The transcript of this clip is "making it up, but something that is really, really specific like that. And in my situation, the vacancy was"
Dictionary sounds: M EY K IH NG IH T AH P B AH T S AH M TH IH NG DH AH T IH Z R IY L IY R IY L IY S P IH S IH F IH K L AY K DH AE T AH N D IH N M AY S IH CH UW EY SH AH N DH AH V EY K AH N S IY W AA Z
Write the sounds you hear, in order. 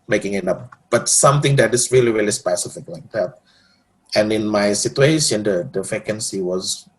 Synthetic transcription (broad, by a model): M EY K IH NG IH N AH F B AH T S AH M T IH NG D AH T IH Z R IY L IY R IY L IY S P IH S IH F IH K L AY K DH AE T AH N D IH N M AY S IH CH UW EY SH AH N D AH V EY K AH N S IY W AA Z